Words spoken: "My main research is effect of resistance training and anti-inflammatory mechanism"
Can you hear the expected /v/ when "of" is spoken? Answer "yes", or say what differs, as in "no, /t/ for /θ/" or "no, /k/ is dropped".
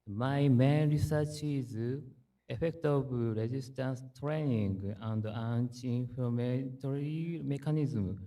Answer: no, /b/ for /v/